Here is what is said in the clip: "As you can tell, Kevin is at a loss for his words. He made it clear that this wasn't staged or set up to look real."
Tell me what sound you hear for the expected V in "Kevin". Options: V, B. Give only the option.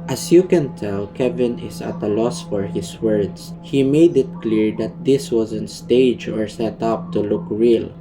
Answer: V